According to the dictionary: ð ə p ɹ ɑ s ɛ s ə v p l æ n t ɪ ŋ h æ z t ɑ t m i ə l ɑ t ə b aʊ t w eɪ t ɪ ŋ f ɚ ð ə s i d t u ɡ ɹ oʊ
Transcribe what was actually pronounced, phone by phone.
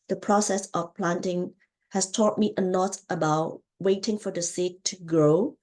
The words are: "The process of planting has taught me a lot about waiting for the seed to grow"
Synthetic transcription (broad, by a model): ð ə p ɹ ɑ s ɛ s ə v p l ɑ n t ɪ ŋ h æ s t ɑ t m i ə n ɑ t ə b aʊ t w eɪ t ɪ ŋ f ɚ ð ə s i t u ɡ ɹ oʊ